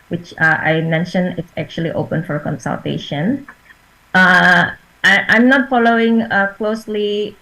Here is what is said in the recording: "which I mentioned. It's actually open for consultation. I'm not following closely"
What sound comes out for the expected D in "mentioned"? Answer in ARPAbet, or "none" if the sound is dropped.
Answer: none